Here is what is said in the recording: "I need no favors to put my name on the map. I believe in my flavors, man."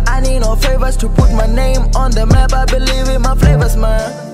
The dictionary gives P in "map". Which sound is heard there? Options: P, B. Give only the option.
B